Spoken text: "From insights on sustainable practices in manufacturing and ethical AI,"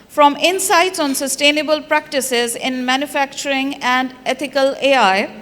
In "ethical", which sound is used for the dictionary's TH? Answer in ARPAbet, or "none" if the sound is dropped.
T